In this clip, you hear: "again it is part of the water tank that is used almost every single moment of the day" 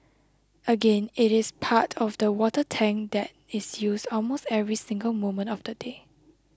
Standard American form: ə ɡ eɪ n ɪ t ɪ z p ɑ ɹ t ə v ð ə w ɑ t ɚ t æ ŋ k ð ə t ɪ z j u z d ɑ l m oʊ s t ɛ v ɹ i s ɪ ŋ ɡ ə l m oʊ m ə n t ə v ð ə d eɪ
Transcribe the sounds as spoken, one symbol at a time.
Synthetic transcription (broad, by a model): ə ɡ eɪ n ɪ t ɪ s p ɑ t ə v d ə w ɑ t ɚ t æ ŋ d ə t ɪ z j u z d ɑ l m oʊ s t ɛ v ɹ i s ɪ ŋ ɡ ə l m oʊ m ə n t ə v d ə d eɪ